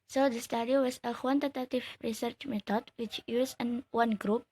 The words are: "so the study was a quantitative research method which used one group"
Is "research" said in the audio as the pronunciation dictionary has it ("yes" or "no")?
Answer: yes